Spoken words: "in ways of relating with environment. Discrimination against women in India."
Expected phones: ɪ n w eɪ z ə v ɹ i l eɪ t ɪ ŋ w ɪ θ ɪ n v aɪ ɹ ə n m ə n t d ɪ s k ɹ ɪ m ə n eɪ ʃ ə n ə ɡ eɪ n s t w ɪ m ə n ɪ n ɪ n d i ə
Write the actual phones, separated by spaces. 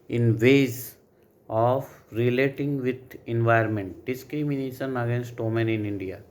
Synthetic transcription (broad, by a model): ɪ n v eɪ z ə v ɹ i l eɪ t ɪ ŋ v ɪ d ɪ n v aɪ ə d m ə n t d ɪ s k ɹ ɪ m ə n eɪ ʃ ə n ə ɡ eɪ n s t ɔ m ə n ɪ n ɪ n d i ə